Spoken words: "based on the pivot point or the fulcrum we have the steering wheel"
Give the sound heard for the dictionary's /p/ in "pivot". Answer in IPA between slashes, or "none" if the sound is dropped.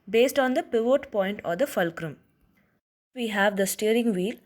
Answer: /p/